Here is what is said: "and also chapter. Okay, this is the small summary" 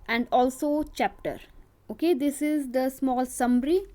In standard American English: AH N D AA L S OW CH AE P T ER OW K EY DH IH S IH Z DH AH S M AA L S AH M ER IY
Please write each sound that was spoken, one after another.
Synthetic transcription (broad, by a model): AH N D AA L S OW CH AE P T ER OW K EY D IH S IH Z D AH S M AA L S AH M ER IY